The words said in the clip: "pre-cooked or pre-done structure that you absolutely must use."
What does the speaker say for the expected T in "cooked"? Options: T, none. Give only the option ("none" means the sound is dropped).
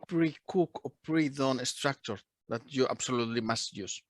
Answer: none